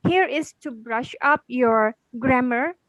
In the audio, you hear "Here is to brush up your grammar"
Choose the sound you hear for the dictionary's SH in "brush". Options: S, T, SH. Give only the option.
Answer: SH